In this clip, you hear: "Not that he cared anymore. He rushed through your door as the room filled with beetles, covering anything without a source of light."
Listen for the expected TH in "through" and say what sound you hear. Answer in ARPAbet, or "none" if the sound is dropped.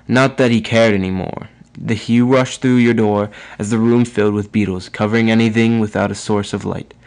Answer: TH